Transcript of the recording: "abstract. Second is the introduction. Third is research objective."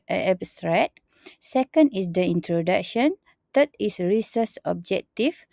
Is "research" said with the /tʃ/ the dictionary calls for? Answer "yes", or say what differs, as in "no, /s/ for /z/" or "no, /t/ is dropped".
no, /s/ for /tʃ/